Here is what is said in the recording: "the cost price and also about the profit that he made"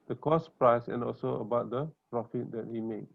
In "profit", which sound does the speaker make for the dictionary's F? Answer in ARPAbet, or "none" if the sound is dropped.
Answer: F